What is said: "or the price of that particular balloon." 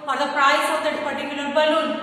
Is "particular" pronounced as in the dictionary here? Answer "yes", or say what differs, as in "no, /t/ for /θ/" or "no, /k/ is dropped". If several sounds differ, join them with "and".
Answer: no, /n/ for /l/